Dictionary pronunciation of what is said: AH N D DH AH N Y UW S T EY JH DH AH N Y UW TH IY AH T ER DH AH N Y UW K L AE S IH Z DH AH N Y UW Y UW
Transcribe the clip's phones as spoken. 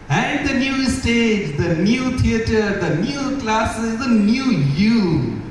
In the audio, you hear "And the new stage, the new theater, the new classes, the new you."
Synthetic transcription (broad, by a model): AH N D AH N Y UW S T EY JH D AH N Y UW T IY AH T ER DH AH N Y UW K L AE S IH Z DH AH N Y UW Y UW